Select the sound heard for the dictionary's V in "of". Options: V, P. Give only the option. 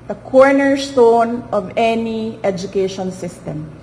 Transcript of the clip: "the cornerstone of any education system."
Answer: V